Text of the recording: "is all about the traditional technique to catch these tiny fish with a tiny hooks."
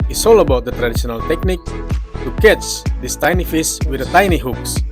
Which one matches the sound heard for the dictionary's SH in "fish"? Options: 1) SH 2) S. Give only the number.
2